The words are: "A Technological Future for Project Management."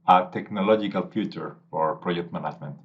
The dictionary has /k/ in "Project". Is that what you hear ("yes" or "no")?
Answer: yes